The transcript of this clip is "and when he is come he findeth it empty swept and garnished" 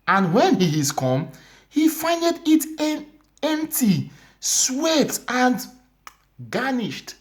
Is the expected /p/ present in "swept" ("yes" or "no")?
no